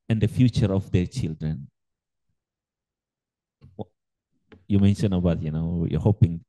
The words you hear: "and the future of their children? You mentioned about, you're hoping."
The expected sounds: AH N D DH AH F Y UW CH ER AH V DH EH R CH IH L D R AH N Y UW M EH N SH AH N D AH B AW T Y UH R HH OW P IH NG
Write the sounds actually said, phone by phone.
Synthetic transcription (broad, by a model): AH N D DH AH F Y UW CH ER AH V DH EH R CH IH L D R AH N Y UW M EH N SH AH N AH B AW T Y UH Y HH OW P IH NG